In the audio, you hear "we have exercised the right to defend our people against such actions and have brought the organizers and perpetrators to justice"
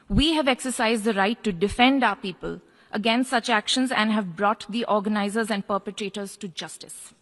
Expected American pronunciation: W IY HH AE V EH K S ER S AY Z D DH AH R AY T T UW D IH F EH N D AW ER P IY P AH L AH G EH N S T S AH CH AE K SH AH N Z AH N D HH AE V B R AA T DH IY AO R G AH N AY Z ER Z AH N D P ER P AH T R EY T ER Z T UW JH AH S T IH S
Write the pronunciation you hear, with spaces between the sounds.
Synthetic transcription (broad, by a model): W IY HH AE V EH K S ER S AY Z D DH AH R AY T T UW D IH F EH N D AW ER P IY P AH L AH G EH N S T S AH CH AE K SH AH N Z AH N D HH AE V B R AA T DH IY AO R G AH N AY Z ER Z AH N D P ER P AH T R EY T ER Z T UW JH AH S T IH S